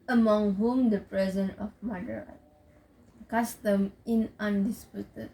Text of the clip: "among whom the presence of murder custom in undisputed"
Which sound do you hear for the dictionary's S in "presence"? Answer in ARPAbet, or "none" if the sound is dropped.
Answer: none